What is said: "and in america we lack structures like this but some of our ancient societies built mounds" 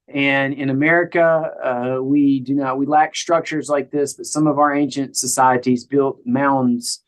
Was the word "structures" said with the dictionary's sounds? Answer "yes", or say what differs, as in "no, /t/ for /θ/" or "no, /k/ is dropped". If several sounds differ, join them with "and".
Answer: yes